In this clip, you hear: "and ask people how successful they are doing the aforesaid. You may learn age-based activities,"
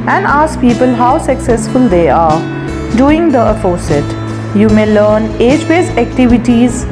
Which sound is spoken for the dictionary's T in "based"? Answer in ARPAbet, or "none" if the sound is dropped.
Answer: none